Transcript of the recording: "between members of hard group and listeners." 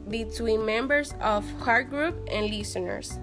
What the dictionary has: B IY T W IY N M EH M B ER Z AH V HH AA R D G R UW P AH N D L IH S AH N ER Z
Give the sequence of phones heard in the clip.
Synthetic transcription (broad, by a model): B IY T W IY N M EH M B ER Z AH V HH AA R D G R UW P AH N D L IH S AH N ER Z